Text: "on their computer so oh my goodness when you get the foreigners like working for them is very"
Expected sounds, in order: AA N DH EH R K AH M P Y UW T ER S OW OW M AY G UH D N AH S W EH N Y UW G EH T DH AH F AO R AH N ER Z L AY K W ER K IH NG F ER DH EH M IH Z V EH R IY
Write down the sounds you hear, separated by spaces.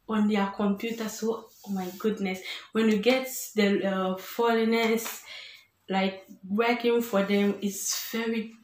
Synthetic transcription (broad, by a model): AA N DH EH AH K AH M P Y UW T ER S OW OW M AY G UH D N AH S W EH N Y UW G EH T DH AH F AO L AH N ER S L AY K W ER K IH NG F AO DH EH M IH S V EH R IY